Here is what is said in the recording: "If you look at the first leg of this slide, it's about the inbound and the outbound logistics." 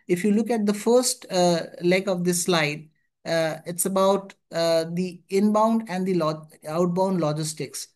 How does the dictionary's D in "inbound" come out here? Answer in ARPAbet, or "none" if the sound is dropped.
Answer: D